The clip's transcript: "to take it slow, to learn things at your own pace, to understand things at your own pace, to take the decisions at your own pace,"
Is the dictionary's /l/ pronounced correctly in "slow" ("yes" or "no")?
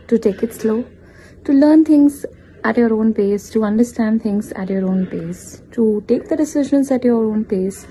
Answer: yes